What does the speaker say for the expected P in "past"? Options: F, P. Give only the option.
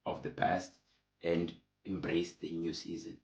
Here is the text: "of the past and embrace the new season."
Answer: P